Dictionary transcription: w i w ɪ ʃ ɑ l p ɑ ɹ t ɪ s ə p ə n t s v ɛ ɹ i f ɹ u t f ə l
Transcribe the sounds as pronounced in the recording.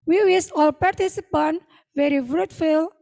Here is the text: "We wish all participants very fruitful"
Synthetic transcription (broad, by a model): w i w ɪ s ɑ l p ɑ ɹ t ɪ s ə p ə n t v ɛ ɹ i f ɹ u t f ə l